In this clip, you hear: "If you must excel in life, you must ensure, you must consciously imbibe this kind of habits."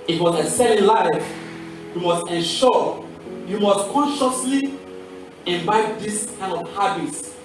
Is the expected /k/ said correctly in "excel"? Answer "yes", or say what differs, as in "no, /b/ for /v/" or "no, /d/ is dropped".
no, /k/ is dropped